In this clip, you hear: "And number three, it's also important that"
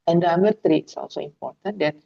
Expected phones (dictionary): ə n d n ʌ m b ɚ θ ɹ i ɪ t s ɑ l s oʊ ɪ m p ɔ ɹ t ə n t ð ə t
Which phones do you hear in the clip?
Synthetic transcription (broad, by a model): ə n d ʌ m ɚ t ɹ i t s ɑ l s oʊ ɪ m p ɔ ɹ t ə n t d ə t